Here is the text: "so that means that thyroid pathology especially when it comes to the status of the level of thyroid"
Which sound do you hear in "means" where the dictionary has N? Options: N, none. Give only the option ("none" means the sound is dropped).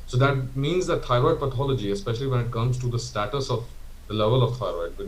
N